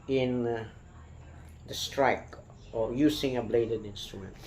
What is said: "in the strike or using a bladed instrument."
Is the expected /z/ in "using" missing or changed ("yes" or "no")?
yes